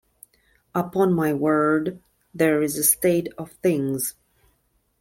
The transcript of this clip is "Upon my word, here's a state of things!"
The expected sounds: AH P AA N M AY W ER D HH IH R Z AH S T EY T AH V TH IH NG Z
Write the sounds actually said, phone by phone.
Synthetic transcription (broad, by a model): AH P AA N M AY W ER D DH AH R Z AH S T EY T AH V TH IH NG Z